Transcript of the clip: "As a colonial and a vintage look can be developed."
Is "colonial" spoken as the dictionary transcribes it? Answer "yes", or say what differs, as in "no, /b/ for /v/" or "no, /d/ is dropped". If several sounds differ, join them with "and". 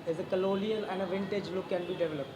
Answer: no, /l/ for /n/